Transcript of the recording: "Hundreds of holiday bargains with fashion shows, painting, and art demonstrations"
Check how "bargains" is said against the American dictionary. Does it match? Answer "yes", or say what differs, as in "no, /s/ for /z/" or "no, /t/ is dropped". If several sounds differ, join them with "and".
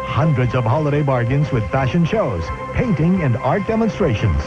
yes